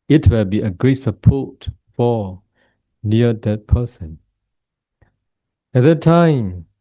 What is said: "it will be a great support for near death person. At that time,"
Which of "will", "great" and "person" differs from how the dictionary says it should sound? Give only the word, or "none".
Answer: none